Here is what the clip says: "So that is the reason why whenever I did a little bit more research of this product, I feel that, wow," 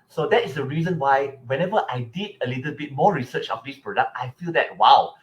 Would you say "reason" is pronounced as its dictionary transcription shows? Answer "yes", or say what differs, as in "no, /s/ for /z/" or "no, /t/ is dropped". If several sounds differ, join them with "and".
yes